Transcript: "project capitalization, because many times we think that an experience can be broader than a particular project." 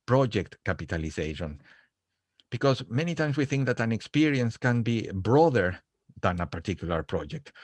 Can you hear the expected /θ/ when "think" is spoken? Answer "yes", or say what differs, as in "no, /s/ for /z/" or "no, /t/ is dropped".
yes